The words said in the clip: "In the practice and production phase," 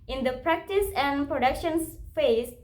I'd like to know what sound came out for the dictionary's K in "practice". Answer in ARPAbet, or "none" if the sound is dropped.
K